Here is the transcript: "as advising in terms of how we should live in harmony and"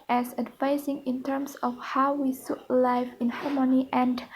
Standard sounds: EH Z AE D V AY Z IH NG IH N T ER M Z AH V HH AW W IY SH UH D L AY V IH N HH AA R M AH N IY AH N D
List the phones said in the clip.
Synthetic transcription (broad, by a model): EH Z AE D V AY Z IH NG IH N T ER M S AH F HH AW W IY S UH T L AY F IH N HH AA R M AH N IY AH N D